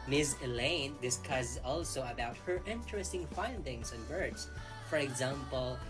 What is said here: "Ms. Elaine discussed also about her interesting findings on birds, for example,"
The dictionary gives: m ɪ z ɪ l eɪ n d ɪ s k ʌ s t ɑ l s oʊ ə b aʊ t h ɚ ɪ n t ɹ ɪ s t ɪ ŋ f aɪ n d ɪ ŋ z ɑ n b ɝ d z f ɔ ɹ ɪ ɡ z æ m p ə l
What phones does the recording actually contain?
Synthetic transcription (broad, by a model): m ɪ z ɪ l eɪ n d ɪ s k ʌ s ɑ l s oʊ ə b aʊ t h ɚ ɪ n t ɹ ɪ s t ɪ ŋ f aɪ n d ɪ ŋ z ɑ n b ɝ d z f ɔ ɹ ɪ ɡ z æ m p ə l